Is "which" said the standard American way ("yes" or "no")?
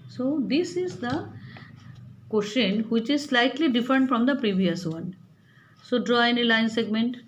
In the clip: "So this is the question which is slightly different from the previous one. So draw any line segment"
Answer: yes